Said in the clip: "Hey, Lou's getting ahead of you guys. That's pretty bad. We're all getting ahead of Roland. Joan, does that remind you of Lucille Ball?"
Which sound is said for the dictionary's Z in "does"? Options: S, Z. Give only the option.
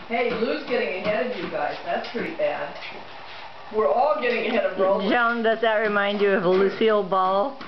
S